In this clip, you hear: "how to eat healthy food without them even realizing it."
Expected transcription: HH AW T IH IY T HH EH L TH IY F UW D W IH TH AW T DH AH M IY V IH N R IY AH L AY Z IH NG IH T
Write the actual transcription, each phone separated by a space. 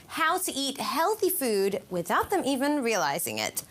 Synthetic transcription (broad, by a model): HH AW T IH IY T HH EH L TH IY F UW D W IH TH AW T DH AH M IY V IH N R IY AH L AY Z IH NG IH T